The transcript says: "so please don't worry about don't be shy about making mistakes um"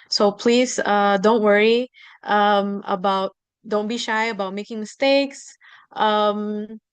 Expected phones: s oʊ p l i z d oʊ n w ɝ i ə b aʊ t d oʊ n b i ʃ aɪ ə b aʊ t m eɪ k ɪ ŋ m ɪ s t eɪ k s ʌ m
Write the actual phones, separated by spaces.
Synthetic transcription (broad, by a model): s oʊ p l i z d oʊ n w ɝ i ə b aʊ t d oʊ n b i ʃ aɪ ə b aʊ t m eɪ k ɪ ŋ m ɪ s t eɪ k s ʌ m